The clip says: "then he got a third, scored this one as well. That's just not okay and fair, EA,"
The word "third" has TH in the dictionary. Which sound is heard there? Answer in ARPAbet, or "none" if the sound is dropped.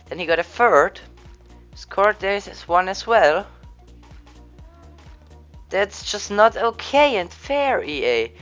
F